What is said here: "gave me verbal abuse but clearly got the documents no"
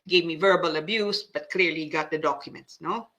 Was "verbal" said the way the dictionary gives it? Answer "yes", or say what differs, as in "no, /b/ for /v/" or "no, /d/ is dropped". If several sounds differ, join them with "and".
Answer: yes